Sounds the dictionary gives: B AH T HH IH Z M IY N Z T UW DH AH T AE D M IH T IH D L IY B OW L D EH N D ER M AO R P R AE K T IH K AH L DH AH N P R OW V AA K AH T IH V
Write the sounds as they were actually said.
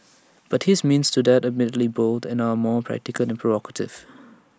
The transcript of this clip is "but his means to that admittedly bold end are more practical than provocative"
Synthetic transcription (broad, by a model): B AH T HH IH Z M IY N S T UW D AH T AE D M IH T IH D L IY B OW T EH N ER M AO P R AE K T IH K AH L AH N P R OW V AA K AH T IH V